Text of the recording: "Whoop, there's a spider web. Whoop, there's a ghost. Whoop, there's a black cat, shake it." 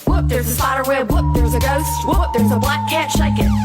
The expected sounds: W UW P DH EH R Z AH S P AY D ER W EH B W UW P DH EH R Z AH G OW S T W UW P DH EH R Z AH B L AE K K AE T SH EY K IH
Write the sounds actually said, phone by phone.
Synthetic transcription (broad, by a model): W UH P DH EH R Z AH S AY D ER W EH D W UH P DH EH R Z AH G OW S T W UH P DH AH R Z AH B L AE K K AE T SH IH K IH